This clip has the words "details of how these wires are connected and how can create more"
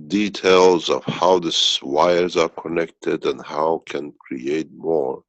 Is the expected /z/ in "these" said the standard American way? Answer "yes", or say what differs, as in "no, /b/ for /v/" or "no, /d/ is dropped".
no, /s/ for /z/